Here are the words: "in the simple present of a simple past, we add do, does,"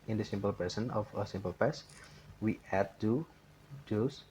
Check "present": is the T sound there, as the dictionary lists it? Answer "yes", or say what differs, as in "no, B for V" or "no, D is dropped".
no, T is dropped